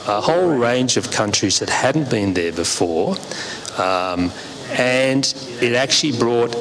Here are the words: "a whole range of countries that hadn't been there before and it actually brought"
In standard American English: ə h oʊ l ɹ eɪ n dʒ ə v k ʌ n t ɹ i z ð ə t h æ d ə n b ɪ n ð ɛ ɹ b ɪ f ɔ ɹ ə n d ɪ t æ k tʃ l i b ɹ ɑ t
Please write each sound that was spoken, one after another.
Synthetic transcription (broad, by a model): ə h oʊ l ɹ eɪ n dʒ ə v k ʌ n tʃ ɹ i z ð ə t h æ d n b ɪ n ð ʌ ɹ b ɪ f ɔ ɹ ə n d ɪ t æ k tʃ l i b ɹ ɑ t